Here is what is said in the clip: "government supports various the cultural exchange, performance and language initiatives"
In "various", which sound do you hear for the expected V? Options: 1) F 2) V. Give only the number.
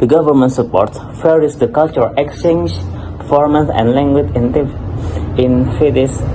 1